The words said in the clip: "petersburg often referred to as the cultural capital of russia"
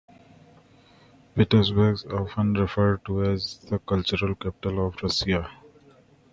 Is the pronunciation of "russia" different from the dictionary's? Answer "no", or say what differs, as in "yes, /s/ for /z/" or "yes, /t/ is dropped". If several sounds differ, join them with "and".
yes, /s/ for /ʃ/